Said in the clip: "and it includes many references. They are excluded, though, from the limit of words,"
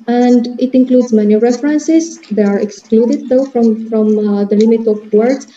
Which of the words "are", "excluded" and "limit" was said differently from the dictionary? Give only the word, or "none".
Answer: none